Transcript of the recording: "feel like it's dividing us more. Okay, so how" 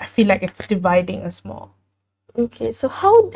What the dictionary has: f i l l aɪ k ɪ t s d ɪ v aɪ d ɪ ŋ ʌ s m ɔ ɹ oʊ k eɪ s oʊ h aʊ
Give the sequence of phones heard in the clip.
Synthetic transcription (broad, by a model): f i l l aɪ k ɪ t s d ɪ v aɪ d ɪ ŋ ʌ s m ɔ l oʊ k eɪ s oʊ h aʊ